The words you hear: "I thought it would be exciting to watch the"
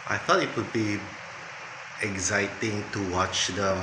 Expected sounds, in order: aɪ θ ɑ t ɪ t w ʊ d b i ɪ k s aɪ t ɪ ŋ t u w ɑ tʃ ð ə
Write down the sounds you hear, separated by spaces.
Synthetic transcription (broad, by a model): aɪ f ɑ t ɪ t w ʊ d b i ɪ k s aɪ t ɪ ŋ t u w ɑ tʃ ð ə